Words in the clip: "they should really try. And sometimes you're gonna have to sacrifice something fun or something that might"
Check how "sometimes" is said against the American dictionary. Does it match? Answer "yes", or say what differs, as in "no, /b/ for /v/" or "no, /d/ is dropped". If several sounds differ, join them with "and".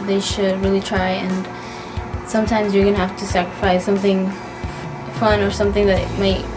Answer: yes